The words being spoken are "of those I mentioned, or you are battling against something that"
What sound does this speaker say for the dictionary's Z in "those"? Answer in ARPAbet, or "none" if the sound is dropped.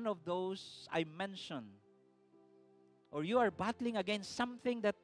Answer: S